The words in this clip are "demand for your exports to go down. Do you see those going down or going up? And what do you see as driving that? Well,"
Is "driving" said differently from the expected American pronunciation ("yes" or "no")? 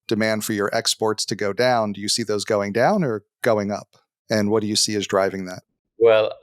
no